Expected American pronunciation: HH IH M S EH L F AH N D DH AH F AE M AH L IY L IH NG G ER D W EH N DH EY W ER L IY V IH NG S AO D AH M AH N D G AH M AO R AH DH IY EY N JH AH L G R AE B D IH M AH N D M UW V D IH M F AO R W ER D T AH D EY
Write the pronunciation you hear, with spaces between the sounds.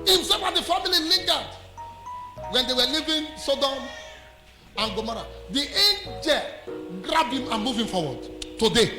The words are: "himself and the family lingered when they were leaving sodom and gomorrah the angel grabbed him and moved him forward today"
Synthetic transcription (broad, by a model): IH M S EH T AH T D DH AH F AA M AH L IY L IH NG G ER D W EH N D EY W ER L IY V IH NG S AO D AH M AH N G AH M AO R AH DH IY EY N JH AH L G R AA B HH IH M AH N M UW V IH M F AO W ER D T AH D EY